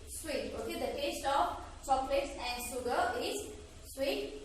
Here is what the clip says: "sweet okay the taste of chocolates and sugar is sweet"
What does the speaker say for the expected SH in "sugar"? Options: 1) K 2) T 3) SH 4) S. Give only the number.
4